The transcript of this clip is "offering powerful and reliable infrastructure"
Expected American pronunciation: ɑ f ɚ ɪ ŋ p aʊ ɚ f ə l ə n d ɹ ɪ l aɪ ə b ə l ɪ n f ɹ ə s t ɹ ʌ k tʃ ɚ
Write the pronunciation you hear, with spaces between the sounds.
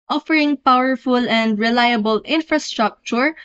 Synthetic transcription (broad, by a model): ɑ f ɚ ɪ ŋ p aʊ ɚ f ə l ə n d ɹ ɪ l aɪ ə b ə l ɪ n f ɹ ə s t ɹ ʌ k tʃ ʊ